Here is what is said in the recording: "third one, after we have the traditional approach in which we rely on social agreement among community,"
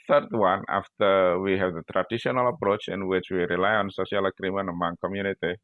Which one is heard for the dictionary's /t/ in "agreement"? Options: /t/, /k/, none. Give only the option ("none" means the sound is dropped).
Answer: none